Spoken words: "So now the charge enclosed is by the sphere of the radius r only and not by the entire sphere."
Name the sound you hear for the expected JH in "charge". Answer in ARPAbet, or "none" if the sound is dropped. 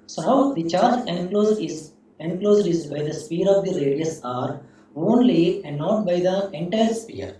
Z